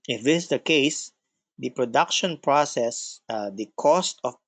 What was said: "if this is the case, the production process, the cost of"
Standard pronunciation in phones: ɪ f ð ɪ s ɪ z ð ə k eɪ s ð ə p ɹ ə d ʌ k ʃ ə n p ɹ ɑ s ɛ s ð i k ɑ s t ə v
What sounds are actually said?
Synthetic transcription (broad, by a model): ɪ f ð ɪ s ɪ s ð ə k eɪ s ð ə p ɹ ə d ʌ k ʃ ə n p ɹ ɑ s ɛ s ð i k ɑ s t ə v